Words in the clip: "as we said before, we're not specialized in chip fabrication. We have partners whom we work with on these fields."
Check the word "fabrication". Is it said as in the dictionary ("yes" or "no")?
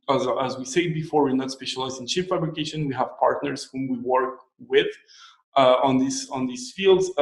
yes